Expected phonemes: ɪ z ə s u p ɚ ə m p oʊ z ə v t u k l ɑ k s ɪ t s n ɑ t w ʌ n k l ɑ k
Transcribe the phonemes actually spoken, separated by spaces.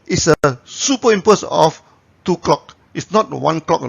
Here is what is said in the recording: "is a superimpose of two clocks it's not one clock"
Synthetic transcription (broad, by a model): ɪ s ə s u p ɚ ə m p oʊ s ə f t u k l ɑ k ɪ t s n ɑ t w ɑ n k l ɑ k